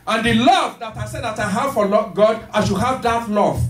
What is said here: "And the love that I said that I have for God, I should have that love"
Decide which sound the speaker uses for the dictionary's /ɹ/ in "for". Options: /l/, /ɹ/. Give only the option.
/l/